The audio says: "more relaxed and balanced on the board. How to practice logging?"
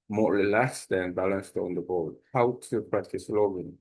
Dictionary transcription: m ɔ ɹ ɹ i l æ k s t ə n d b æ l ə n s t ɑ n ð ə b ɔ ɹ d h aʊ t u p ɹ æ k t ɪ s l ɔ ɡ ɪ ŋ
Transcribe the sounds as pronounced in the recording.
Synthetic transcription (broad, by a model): m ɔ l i l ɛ s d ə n b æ l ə n s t ɑ n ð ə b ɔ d h aʊ t u p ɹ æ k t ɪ s l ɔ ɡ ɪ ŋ